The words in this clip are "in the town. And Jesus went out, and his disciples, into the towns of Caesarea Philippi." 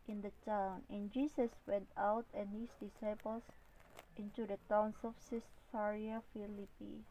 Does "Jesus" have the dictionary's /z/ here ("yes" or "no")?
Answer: no